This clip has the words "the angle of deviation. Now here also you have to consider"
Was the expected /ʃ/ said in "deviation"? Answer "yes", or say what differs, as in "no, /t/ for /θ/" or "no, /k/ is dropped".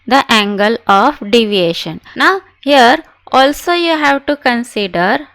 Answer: yes